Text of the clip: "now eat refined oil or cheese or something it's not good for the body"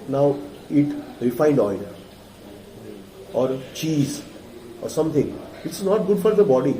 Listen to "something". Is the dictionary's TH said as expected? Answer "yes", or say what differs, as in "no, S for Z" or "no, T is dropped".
no, T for TH